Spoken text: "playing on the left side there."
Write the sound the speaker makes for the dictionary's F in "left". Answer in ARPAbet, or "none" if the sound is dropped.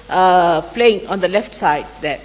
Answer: F